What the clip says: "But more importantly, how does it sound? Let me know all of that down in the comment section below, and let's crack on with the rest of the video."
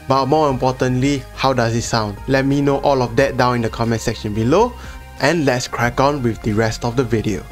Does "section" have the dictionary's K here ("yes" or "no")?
yes